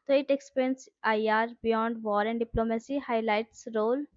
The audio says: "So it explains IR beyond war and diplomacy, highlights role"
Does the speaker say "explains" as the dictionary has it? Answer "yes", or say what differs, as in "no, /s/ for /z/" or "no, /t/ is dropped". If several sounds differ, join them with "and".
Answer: no, /l/ is dropped and /s/ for /z/